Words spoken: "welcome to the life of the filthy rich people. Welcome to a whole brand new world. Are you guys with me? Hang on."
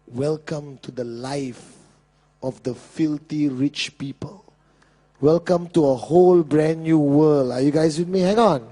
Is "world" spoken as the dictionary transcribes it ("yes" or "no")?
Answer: no